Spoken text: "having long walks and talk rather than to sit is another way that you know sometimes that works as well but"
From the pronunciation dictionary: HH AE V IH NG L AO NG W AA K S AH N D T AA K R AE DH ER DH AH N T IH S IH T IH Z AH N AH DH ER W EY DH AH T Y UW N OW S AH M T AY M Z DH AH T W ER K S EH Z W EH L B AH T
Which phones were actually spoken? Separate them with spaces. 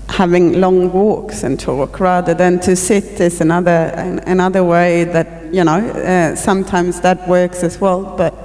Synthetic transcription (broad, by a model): HH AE V IH NG L AO NG W AA K S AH N T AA K R AE DH ER DH AH N T IH S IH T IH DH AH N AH DH ER W EY DH AH T Y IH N OW S AH M T AY M Z DH AH T W ER K S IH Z W EH L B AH T